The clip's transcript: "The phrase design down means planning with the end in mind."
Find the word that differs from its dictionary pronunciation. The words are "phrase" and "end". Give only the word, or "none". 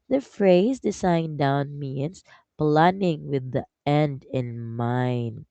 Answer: none